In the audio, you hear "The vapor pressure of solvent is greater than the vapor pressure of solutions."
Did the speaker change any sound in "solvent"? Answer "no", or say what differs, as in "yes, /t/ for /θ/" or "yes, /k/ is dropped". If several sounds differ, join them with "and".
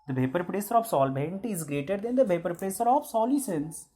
yes, /b/ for /v/